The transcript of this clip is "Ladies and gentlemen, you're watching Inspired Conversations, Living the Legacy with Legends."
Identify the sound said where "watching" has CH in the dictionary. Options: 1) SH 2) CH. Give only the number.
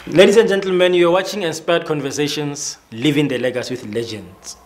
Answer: 2